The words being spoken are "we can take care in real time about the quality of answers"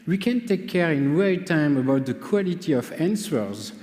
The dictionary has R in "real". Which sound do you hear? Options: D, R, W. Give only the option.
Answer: W